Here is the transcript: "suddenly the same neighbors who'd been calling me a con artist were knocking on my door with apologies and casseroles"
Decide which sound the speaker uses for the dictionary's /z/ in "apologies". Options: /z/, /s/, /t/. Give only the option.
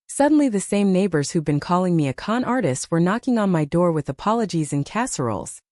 /z/